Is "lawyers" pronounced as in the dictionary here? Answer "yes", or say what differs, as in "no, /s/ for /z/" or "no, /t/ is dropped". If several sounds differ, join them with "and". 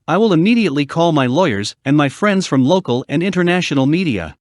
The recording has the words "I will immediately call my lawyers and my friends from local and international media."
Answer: yes